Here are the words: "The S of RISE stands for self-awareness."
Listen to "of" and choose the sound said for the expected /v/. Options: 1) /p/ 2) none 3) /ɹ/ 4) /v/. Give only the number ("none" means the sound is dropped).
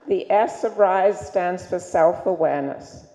4